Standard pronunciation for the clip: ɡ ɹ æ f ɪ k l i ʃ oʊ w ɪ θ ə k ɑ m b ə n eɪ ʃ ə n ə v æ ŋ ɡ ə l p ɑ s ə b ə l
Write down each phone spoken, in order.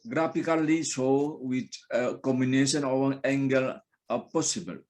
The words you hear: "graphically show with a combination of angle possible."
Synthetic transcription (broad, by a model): ɡ ɹ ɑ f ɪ k l i s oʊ w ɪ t ə k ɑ m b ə n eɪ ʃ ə n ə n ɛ ŋ ɡ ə l p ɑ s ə b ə l